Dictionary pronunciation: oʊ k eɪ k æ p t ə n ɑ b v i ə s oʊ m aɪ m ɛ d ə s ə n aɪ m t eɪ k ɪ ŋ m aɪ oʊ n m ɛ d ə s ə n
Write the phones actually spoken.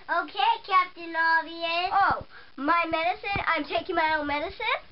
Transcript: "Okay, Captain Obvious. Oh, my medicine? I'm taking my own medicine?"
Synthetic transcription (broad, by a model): oʊ k eɪ k æ p t ə n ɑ v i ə oʊ m aɪ m ɛ d ə s ə n aɪ m t eɪ k ɪ ŋ m aɪ oʊ n m ɛ d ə s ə n